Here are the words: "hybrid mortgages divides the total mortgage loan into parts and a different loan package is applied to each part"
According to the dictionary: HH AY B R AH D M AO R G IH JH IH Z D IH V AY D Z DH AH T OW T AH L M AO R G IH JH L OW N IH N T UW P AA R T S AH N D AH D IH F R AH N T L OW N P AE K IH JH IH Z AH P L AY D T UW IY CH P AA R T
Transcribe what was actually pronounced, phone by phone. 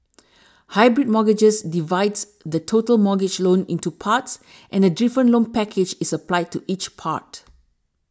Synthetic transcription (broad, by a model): HH AY B R AH D M AO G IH JH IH S D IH V AY D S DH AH T OW T AH L M AO G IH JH L OW N IH N T UW P AA T S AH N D AH D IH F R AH N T L OW N P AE K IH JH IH S AH P L AY D T UW IY CH P AA T